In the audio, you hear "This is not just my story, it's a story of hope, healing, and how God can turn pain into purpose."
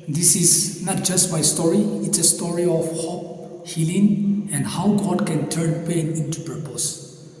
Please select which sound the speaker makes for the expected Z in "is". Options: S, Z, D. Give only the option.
S